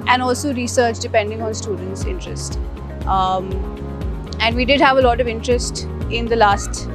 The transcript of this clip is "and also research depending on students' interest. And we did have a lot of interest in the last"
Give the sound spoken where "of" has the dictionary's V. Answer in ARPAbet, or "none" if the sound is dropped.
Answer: V